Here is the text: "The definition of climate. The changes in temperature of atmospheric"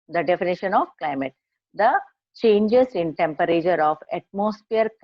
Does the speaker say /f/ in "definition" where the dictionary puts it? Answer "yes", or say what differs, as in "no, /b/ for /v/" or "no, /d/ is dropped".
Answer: yes